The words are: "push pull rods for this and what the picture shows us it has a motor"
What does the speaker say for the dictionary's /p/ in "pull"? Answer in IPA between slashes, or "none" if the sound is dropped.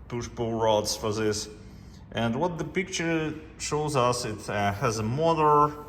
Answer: /b/